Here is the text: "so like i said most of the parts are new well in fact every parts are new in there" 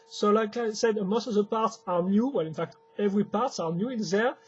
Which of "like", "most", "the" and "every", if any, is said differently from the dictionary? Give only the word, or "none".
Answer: none